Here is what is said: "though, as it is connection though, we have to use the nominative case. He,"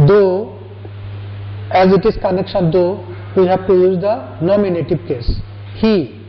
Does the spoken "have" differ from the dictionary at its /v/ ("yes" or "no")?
yes